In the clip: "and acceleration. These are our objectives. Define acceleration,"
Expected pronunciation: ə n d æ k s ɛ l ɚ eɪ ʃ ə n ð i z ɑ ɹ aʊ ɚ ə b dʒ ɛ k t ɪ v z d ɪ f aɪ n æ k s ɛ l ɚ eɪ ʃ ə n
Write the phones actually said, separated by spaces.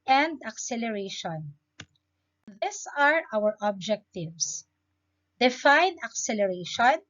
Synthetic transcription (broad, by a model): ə n d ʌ k s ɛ l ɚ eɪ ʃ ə n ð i s ɑ ɹ aʊ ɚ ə b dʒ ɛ k t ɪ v s d ɪ f aɪ n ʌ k s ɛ l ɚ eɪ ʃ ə n